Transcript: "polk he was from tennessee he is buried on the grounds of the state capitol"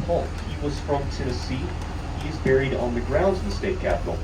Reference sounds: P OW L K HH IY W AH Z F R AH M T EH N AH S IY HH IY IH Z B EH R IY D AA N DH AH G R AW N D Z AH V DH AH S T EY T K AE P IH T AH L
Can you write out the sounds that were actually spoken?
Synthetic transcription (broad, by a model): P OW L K HH IY W AH Z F R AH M T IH AH S IY HH IY IH Z B EH R IY D N DH AH G R AW N D Z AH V DH AH S T EY T K AE P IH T L